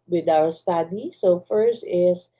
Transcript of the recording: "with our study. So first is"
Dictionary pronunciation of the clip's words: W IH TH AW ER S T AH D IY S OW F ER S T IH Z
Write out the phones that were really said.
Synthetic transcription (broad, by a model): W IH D AW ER S T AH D IY S OW F ER S T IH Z